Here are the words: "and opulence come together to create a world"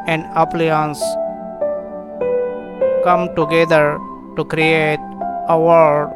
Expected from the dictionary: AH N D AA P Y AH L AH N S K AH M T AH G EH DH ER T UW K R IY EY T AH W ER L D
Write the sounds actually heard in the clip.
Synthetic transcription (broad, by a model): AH N D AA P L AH AH N S K AH M T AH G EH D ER T UW K R IY EY T AH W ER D